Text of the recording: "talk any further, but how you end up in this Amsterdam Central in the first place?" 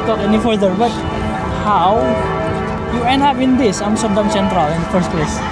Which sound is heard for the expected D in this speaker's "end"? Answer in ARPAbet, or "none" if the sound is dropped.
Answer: none